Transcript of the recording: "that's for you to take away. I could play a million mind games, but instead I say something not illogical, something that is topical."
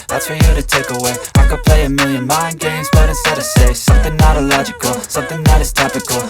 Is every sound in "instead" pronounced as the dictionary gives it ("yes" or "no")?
no